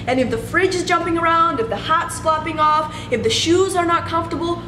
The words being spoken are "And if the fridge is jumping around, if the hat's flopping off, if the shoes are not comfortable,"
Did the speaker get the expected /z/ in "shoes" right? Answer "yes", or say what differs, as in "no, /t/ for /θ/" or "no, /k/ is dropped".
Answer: yes